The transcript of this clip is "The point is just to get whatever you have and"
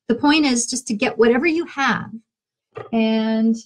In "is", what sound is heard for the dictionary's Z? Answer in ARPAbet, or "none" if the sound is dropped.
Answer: Z